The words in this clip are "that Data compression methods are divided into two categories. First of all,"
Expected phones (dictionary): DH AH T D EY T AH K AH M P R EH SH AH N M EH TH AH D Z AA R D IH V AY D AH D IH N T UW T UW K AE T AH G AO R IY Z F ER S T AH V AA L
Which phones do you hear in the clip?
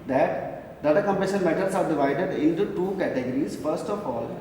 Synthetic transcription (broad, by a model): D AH T D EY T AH K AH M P EH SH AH N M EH T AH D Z AA R D IH V AY D AH D IH N T UW T UW K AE T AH G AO R IY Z F ER S T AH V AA L